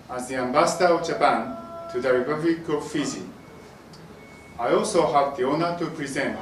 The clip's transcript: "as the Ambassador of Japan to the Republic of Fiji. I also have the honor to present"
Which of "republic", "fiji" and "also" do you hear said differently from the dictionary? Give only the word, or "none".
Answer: fiji